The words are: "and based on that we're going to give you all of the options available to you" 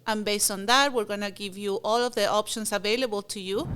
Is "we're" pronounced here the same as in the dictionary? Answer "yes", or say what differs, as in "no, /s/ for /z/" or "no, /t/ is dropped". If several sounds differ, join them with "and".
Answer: yes